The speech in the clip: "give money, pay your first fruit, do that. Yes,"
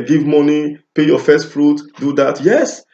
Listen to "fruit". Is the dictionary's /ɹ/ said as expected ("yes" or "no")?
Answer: yes